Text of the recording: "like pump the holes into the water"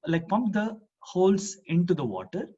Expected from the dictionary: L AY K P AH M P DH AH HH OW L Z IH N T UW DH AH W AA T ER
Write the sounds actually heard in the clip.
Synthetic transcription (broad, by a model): L AY K P AH M P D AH HH OW L S IH N T UW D AH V AA T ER